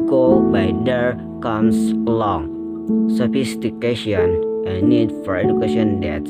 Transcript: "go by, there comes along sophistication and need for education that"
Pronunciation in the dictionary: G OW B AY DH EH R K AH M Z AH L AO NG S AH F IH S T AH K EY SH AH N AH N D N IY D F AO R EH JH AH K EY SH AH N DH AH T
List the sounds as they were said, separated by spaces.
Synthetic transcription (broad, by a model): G OW B AY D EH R K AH M S AH L AO NG S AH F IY S T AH K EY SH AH AH N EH N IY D F AO R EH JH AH K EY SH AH N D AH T